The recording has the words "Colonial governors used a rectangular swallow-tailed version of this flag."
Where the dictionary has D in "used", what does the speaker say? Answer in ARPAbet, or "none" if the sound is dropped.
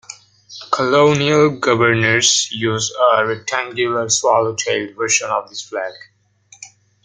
none